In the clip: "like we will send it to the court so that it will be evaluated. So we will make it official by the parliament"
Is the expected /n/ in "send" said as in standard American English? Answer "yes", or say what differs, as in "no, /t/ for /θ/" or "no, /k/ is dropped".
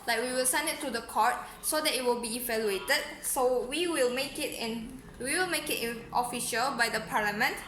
yes